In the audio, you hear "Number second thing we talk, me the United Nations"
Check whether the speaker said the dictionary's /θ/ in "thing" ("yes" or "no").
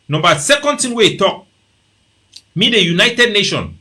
no